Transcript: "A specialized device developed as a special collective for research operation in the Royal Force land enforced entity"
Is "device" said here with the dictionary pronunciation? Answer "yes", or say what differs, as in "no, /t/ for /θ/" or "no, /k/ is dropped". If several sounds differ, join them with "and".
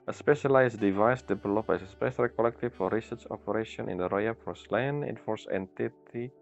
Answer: yes